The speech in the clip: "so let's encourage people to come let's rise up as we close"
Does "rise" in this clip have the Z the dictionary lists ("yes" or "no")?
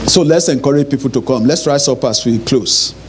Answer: no